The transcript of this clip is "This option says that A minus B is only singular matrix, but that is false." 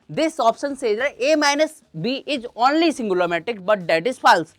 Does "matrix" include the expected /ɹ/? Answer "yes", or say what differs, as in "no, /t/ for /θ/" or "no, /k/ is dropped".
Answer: no, /ɹ/ is dropped